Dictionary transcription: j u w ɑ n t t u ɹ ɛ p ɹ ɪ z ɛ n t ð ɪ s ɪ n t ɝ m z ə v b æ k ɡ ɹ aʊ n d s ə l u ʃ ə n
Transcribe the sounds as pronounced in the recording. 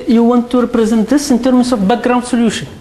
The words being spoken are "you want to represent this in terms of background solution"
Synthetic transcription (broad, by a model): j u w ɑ n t t u ɹ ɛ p ɹ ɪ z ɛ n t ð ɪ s ɪ n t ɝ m s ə f b æ k ɡ ɹ aʊ n d s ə l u ʃ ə n